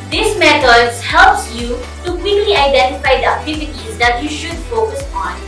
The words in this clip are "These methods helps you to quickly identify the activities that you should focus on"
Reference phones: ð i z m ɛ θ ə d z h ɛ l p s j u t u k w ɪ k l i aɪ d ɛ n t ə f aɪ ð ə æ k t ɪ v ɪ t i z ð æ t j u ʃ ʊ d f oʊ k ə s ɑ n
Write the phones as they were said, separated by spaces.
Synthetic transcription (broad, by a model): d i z m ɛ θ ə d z h ɛ l p s j u t u k w ɪ k l i aɪ d ɛ n t ə f aɪ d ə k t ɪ f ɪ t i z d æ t j u ʃ ʊ d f oʊ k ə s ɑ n